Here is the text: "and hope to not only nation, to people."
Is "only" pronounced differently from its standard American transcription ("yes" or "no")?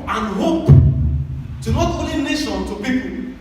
yes